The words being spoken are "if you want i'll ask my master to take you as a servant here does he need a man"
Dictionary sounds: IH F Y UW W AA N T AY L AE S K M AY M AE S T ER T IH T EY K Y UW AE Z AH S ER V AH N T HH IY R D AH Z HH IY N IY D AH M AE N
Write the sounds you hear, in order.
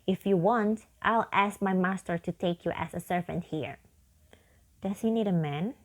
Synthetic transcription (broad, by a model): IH F Y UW W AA N T AY L AE S K M AY M AE S T ER T IH T EY K Y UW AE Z AH S ER V AH N T HH IY R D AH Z HH IY N IY D AH M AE N